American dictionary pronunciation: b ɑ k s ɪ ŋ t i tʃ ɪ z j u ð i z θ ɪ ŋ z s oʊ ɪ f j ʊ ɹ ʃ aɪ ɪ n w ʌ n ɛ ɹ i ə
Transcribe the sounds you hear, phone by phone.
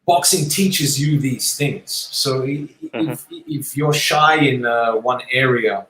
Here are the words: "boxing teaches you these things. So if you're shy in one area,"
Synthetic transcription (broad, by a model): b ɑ k s ɪ ŋ t i tʃ ɪ z j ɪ ð i z θ ɪ ŋ z s oʊ ɪ f j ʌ ɹ ʃ aɪ ɪ n w ʌ n ɛ ɹ i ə